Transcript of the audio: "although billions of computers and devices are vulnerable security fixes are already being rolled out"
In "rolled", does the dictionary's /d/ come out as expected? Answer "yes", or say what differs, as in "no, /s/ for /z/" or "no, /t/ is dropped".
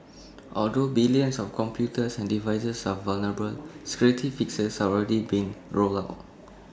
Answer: no, /d/ is dropped